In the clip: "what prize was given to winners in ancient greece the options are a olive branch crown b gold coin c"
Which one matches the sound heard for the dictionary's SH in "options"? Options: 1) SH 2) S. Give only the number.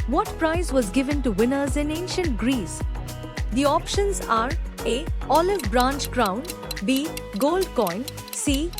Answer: 1